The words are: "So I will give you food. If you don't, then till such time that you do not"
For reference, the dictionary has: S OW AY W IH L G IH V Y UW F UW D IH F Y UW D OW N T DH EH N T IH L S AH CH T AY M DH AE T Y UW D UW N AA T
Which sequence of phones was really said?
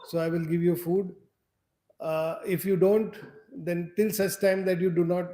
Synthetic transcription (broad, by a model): S OW AY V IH L G IH V Y UW F UW D IH F Y UW D OW N T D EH N T IH L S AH S T AY M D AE T Y UW D UW N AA T